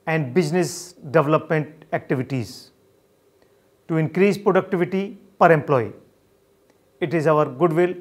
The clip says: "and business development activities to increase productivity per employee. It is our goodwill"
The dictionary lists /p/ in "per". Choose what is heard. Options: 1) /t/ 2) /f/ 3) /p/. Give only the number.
3